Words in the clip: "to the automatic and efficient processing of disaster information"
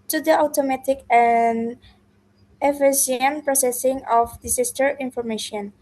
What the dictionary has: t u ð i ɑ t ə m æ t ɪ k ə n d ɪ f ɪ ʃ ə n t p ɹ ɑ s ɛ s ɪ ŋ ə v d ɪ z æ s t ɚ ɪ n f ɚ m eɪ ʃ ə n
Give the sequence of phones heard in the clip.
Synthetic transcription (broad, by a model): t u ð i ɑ t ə m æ t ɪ k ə n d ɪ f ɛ s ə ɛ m p ɹ ɑ s ɛ s ɪ ŋ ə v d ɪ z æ s t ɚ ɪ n f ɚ m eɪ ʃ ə n